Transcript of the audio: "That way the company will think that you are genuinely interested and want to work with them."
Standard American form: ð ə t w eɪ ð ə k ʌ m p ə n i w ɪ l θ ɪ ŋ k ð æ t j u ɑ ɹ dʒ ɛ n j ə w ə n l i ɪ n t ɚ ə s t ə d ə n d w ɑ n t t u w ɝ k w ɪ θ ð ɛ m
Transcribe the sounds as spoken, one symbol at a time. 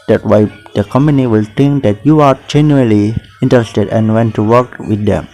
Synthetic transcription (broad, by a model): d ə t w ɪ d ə k ʌ m p ə n i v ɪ l t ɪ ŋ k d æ t j u ɑ ɹ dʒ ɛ n j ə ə l i ɪ n t ɚ ə s t ə d ə n d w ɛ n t t u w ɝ k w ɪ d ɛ m